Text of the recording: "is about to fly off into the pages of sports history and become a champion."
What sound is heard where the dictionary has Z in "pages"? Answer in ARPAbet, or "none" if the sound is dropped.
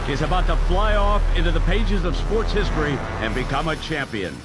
Z